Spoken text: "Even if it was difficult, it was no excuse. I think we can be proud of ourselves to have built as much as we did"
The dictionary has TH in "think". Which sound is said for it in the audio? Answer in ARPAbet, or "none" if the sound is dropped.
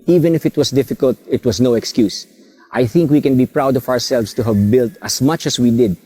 TH